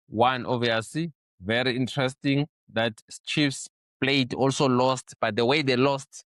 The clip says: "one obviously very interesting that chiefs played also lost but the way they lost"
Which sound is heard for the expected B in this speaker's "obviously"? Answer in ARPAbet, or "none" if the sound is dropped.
none